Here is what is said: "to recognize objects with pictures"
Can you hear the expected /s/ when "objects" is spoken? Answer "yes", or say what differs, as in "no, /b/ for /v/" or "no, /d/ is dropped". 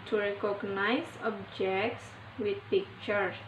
yes